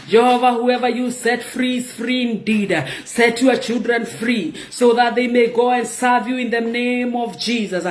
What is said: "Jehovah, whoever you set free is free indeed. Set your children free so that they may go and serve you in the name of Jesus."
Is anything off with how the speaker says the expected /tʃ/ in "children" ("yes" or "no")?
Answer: no